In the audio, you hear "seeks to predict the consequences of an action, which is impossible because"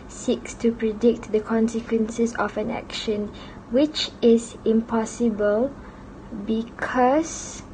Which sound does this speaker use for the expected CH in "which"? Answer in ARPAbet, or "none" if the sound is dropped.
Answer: CH